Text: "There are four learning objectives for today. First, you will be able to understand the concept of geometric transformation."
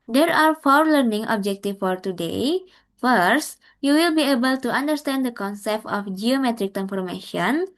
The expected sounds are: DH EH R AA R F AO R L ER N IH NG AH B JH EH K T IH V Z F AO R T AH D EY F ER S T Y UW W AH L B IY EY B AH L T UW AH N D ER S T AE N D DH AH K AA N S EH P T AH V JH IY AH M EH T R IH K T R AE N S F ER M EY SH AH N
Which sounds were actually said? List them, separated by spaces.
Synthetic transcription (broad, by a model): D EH R AA R F AO R L ER N IH NG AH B JH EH K T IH F AO R T AH D EY F ER S T Y UW W AH L B IY EY B AH L T UW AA N D ER S T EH N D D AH K AA N S EH P T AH F JH IY AH M EH T R IH K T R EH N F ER M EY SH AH N